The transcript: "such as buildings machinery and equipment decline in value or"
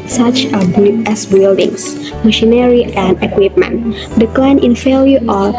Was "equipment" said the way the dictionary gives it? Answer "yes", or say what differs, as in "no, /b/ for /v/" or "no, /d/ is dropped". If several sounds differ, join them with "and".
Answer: yes